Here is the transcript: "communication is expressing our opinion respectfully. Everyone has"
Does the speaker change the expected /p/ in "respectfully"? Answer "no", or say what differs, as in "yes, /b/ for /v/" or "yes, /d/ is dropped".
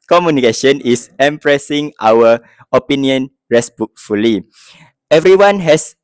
yes, /b/ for /p/